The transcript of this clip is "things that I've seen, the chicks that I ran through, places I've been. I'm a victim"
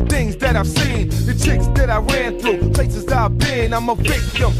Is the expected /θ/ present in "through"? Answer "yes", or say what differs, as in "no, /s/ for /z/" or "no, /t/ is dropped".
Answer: yes